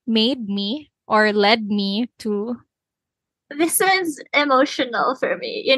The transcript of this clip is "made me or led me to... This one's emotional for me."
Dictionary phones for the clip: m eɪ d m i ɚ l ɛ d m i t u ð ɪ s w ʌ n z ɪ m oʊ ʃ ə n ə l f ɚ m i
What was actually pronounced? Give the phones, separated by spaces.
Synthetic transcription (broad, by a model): m eɪ d m i ɚ l ɛ d m i t u ð ɪ s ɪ z ɪ m oʊ ʃ ə n ə l f ɚ m i